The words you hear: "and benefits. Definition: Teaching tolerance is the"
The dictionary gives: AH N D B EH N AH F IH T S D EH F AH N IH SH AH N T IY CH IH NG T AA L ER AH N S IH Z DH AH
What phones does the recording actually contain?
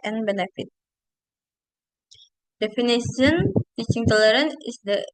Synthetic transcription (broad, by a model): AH N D B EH N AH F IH T D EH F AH N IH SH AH N T IY CH IH NG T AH L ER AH N IH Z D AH